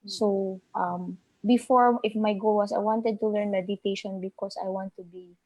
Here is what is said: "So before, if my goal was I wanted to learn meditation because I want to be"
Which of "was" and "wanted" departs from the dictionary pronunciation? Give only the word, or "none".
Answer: was